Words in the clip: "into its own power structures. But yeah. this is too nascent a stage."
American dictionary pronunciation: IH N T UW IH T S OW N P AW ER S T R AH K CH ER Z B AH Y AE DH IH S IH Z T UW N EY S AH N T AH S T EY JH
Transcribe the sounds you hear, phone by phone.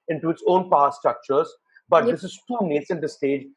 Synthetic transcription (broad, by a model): IH N T UW IH T S OW N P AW S T R AH K CH ER Z B AH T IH S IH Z T UW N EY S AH N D AH S T EY JH